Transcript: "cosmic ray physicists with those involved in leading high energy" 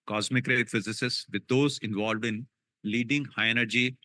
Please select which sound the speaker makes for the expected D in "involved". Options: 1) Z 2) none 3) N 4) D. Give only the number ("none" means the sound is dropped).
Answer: 4